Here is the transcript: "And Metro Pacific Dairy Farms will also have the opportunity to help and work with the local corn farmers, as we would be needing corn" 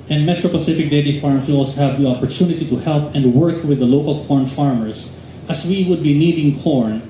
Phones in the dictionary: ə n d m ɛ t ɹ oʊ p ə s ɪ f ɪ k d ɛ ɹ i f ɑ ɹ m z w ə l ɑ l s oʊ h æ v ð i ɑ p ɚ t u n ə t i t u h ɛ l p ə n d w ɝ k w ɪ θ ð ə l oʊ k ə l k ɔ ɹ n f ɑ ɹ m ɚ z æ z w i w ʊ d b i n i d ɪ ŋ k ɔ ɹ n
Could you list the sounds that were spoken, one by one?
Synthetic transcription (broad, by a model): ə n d m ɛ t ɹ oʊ p ə s ɪ f ɪ k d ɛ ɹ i f ɑ ɹ m s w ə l ɑ l s oʊ h æ v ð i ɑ p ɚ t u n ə t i t u h ɛ l p ə n d w ɝ k w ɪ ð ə l oʊ k ə l k ɔ ɹ n f ɑ ɹ m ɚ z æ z w i w ʊ d b i n i d ɪ ŋ k ɔ ɹ n